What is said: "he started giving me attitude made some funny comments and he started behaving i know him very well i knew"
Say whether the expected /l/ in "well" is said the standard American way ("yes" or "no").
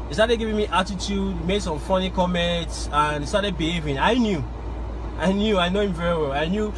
yes